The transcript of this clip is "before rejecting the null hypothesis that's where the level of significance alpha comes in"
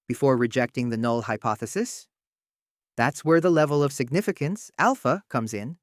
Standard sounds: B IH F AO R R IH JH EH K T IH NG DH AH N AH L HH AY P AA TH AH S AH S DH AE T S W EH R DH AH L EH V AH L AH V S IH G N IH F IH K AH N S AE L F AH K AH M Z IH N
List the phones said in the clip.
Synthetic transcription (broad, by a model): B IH F AO R R IH JH EH K T IH NG DH AH N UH L HH AY P AA TH AH S AH S DH AE T S W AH R DH AH L EH V AH L AH V S IH G N IH F IH K AH N S AE L F AH K AH M Z IH N